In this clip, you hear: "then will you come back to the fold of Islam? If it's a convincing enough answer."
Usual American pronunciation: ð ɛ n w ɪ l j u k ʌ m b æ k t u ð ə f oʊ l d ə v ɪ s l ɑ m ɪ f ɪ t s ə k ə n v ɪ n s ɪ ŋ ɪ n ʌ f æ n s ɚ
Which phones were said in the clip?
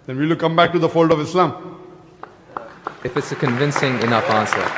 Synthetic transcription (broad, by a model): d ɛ n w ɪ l k ʌ m b æ k t u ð ə f oʊ l d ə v ɪ s l ɑ m ɪ f ɪ t s ə k ə n v ɪ n s ɪ ŋ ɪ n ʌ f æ n s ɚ